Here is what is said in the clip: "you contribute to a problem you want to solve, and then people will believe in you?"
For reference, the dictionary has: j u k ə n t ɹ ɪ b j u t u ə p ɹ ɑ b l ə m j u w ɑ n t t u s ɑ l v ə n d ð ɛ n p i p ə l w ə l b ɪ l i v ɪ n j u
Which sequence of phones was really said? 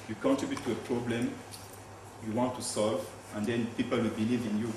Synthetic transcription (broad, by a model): j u k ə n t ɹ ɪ b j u t u ə p ɹ ɑ b l ə m j u w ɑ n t t u s ɑ l v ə n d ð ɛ n p i p ə l w ə l b ɪ l i v ɪ n j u